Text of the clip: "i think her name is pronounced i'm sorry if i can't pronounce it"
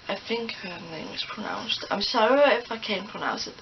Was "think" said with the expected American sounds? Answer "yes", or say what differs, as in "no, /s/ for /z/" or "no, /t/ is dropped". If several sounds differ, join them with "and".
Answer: no, /f/ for /θ/